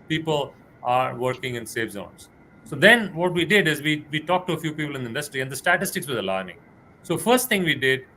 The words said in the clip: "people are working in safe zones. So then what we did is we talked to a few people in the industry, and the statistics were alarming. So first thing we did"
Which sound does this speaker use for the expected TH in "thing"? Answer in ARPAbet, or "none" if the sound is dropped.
T